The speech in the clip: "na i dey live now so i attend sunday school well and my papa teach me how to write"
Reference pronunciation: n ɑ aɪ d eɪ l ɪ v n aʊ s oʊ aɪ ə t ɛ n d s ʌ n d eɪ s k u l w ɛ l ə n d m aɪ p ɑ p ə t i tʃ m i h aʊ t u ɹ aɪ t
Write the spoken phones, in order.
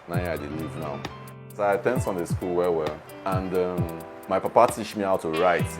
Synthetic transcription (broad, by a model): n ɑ aɪ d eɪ l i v n aʊ s oʊ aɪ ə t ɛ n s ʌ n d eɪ s k u l w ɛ w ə n d m aɪ p ɑ p ə t i tʃ m i aʊ t u ɹ aɪ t